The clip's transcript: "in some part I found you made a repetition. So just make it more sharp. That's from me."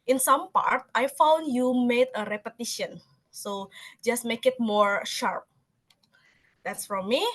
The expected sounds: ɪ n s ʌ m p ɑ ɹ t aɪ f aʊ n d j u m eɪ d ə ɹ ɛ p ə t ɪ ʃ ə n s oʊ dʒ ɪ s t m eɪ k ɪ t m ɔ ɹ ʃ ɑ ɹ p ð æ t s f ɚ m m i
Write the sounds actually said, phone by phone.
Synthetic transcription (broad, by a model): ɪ n s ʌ m p ɑ ɹ t aɪ f aʊ n d j u m eɪ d ə ɹ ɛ p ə t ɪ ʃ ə n s oʊ dʒ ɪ s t m eɪ k ɪ t m ɔ ɹ ʃ ɑ ɹ p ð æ t s f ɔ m m i